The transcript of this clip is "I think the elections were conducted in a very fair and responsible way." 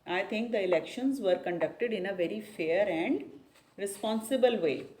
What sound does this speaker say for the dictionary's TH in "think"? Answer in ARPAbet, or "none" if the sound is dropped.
T